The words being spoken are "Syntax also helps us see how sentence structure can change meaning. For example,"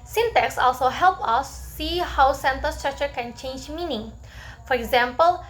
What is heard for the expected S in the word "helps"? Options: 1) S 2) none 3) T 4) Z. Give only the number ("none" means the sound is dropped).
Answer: 2